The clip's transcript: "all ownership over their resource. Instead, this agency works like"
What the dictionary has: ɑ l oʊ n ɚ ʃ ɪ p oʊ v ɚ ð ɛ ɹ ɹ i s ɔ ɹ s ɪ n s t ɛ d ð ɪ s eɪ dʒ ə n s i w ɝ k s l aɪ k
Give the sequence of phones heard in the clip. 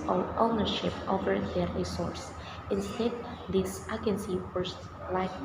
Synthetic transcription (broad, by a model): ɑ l oʊ n ɚ ʃ ɪ p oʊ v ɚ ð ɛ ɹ ɹ i s ɔ ɹ s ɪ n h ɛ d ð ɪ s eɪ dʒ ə n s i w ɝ s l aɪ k